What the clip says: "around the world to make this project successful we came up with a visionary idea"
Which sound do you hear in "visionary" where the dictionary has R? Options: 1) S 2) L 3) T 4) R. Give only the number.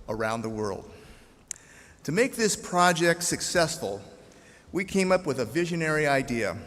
4